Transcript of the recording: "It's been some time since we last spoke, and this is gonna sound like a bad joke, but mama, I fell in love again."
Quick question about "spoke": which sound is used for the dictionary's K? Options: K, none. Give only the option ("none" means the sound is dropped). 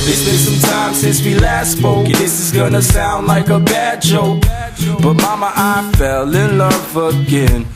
none